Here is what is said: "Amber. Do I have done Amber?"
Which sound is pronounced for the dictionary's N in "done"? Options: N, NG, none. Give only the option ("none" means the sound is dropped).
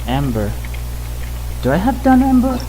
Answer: N